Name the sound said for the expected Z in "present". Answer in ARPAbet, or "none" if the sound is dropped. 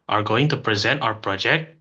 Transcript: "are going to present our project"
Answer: Z